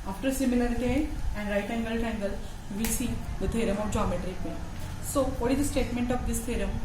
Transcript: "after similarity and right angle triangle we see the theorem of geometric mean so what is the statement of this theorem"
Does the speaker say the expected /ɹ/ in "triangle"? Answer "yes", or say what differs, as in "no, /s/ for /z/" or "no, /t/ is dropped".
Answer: no, /ɹ/ is dropped